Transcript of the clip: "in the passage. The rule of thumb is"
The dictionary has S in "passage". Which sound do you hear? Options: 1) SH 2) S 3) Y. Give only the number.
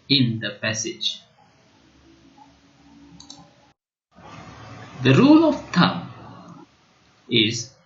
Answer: 2